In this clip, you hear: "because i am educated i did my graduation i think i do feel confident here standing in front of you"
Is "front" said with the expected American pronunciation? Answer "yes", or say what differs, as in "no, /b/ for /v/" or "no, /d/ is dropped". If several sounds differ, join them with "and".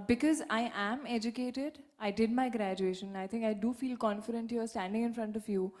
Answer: yes